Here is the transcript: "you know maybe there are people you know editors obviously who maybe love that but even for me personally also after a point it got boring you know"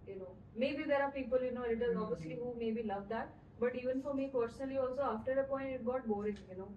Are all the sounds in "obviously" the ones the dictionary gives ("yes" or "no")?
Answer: no